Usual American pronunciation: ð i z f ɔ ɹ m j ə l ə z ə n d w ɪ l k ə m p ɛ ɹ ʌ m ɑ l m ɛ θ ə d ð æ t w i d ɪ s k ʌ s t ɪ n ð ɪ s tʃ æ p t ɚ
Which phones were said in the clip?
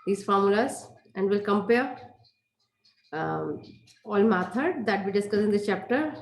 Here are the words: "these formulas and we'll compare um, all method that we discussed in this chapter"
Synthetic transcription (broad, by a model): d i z f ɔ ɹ m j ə l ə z ə n d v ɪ l k ə m p ɛ ɹ ɑ l m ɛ t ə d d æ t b i d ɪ s k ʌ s ɪ n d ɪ tʃ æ p t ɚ